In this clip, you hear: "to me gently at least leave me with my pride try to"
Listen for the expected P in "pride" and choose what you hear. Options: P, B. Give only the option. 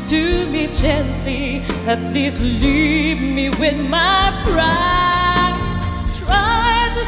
B